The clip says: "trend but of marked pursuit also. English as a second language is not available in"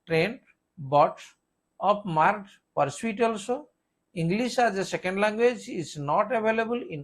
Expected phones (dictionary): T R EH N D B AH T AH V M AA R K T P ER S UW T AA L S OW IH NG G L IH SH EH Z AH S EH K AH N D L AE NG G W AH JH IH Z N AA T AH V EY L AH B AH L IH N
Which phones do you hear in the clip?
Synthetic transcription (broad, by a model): T R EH N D B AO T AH P M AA R T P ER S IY T AA L S OW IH NG G L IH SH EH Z AH S EH K AH N D L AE NG G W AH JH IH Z N AA T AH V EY L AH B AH L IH N